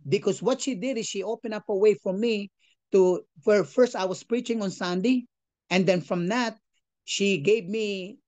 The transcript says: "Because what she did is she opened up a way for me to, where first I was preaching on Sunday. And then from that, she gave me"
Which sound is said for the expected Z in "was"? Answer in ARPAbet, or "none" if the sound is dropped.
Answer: S